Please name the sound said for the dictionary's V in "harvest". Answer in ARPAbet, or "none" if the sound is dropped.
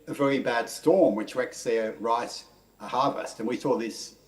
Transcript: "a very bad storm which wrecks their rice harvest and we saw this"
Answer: V